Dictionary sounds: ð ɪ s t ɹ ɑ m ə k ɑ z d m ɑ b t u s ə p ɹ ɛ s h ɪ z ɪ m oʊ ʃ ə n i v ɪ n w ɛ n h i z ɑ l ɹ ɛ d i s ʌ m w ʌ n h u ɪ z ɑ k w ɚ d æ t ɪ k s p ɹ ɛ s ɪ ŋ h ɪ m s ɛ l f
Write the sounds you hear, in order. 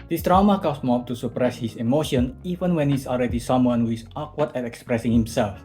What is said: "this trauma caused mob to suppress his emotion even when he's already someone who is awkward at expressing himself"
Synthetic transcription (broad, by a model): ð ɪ s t ɹ ɑ m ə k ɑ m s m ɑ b t u s ə p ɹ ɛ s h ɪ s ɪ m oʊ ʃ ə n i v ɪ n w ɛ n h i s ɑ l ɹ ɛ d i s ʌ m w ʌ n h u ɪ s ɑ k w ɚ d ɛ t ɪ k s p ɹ ɛ s ɪ ŋ h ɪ m s ɛ l f